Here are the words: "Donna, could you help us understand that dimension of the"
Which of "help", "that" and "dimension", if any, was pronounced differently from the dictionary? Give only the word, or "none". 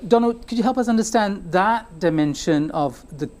none